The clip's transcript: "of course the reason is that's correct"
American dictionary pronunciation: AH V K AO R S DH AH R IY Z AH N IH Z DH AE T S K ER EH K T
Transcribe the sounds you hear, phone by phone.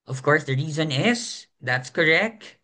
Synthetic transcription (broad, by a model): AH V K AO R S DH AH R IY Z AH N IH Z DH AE T S K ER EH K T